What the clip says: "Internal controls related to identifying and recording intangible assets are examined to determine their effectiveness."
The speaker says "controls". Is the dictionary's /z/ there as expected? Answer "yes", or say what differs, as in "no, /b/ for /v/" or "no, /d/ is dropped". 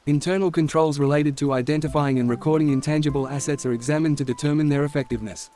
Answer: yes